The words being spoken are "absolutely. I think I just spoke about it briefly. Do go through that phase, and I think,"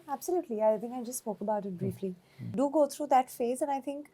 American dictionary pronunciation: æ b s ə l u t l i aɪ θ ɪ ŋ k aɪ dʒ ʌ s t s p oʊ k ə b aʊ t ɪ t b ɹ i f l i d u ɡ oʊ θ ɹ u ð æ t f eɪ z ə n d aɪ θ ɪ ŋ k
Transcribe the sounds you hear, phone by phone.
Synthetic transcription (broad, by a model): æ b s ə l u t l i aɪ t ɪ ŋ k aɪ dʒ ʌ s t s p oʊ k ə b aʊ t ɪ t b ɹ i f l i d u ɡ oʊ t ɹ u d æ t f eɪ z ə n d aɪ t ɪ ŋ k